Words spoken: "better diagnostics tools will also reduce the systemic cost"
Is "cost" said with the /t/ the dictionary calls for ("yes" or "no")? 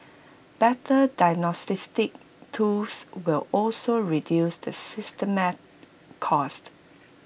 yes